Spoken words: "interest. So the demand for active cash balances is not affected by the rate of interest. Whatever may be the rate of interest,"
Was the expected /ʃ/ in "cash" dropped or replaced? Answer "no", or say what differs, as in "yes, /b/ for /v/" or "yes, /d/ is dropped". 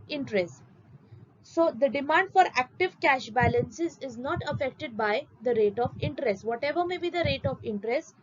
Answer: no